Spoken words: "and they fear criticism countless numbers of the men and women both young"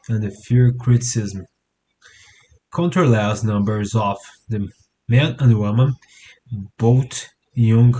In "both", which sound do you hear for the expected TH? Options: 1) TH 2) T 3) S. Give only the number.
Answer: 2